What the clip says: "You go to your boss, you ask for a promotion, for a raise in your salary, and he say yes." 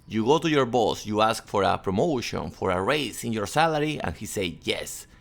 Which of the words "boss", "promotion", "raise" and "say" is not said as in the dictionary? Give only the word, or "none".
raise